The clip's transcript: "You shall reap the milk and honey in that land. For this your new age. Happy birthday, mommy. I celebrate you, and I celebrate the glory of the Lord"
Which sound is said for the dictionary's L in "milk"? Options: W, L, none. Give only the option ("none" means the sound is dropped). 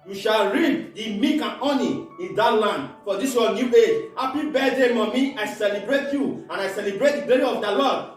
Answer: none